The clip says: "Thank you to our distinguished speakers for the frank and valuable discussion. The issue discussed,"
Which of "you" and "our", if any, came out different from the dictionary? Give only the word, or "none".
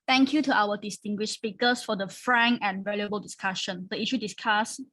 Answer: our